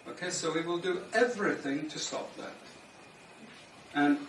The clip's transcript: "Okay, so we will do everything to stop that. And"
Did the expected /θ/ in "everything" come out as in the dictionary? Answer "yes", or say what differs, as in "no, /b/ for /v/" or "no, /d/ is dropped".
yes